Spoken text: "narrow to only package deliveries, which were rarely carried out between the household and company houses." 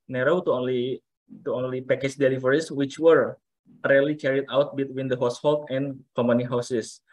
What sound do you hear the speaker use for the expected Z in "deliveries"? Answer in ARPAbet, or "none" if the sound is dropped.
S